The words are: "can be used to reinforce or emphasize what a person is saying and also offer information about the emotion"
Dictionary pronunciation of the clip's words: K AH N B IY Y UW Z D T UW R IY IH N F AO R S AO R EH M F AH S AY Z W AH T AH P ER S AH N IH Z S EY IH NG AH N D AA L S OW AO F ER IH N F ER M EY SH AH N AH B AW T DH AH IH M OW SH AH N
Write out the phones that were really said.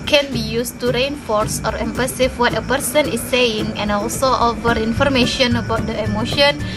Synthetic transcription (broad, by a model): K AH N B IY Y UW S T UW R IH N F AO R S AO R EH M P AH S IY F W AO T AH P ER S AH N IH S EY IH NG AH N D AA L S OW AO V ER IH N F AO M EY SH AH N AH B AW T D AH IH M OW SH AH N